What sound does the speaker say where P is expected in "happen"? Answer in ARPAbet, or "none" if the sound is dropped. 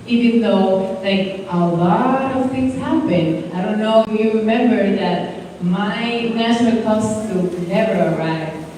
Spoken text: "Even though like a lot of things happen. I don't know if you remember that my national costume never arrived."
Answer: B